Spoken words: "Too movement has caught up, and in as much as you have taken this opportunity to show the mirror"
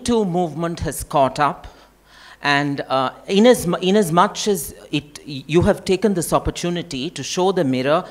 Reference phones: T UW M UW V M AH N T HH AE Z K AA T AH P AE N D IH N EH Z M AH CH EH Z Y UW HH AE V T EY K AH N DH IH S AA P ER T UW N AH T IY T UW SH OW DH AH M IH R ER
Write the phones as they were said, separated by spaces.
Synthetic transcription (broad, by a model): T UW M UW V M AH N T HH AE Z K AA T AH P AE N D IH N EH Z M AH CH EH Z Y UW HH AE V T EY K AH N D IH S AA P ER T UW N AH T IY T UW SH OW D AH M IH R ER